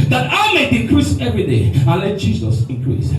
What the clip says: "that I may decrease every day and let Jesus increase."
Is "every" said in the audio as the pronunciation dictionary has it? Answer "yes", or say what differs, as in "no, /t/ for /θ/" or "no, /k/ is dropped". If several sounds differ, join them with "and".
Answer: yes